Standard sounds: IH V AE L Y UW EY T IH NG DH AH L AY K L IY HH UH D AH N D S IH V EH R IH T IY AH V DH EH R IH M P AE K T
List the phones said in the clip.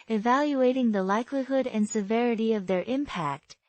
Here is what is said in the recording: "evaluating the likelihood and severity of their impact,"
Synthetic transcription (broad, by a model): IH V AE L Y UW EY T IH NG DH AH L AY K L IY HH UH D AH N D S IH V EH R IH T IY AH V DH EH R IH M P AE K T